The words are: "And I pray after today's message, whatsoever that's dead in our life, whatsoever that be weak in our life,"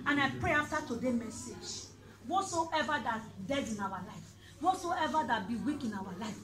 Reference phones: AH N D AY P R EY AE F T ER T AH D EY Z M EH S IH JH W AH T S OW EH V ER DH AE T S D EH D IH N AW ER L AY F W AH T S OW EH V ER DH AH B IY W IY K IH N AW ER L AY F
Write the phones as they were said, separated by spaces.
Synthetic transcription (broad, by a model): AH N AY P R EY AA F T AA T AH D EY M EH S IH JH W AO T S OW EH V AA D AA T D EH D IH N AW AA L AY F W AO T S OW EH V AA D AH B IY W IY K IH N AW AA L AY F